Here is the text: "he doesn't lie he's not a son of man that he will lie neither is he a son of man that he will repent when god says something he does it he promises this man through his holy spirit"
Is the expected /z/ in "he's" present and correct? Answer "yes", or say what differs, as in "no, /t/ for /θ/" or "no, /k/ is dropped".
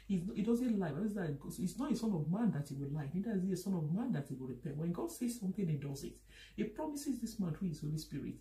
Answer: no, /s/ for /z/